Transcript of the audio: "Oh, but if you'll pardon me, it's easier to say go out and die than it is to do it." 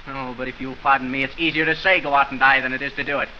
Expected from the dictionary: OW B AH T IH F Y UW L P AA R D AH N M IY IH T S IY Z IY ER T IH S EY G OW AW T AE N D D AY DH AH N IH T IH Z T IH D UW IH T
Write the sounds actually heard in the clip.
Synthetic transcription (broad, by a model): OW B AH T IH F Y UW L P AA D N M IY IH T S IY Z IY ER T IH S EY G OW AW T N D D AY DH AH N IH T IH Z T IH D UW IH T